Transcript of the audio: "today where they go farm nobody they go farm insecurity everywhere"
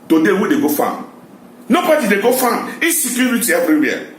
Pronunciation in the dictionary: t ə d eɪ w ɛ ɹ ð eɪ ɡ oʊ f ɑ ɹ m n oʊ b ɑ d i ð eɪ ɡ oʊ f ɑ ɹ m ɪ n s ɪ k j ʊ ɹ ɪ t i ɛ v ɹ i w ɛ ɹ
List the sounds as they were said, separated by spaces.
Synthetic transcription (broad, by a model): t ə d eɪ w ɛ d eɪ ɡ oʊ f ɑ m n oʊ b ɑ d i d eɪ ɡ oʊ f ɑ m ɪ s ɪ k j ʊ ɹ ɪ t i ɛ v ɹ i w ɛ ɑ